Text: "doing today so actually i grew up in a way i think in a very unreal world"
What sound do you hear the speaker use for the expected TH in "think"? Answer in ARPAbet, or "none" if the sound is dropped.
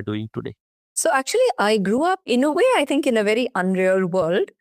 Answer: T